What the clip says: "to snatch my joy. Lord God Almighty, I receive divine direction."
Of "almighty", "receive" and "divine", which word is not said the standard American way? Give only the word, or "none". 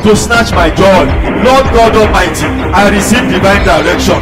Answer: almighty